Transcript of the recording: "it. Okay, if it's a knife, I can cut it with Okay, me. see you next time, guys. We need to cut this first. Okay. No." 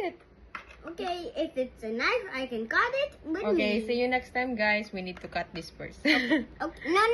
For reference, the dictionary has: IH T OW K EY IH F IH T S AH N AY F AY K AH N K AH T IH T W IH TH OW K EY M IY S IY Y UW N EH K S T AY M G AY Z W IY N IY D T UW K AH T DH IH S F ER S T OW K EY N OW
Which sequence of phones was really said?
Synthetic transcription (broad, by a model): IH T OW K EY IH F IH T S AH N AY F AY K AH N K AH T IH T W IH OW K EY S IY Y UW N EH K S T AY M G AY S W IY N IY D T UW K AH T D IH S P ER S OW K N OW